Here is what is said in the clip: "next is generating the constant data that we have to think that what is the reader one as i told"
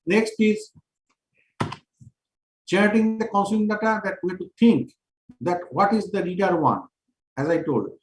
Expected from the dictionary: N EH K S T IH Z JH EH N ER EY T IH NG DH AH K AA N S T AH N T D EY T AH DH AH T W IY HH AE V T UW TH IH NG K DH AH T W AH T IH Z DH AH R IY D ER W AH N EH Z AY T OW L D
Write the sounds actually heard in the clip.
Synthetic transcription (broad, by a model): N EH K S T IH Z CH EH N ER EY T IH NG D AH K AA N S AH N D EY T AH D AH T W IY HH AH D T UW T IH NG K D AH T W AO T IH Z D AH R IY D ER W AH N EH Z AY T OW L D